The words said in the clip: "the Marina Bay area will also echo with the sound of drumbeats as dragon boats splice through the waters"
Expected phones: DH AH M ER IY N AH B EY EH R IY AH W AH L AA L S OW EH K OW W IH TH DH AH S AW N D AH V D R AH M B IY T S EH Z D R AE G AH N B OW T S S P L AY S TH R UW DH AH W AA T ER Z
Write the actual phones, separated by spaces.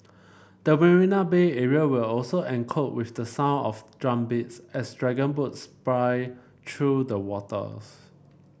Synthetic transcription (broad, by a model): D AH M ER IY N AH B EY EH R IY AH W AH L AA L S OW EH K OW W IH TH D AH S AW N AH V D R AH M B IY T S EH S D R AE G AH N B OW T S S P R AY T R UW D AH W AA T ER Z